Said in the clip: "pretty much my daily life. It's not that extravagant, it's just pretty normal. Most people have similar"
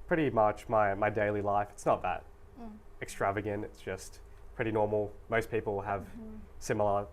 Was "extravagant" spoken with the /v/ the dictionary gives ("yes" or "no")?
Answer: yes